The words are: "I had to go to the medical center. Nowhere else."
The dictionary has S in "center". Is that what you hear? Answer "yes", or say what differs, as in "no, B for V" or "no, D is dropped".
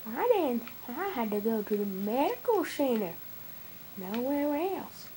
no, SH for S